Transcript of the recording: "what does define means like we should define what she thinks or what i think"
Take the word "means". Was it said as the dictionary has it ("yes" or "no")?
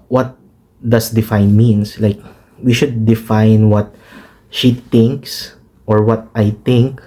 no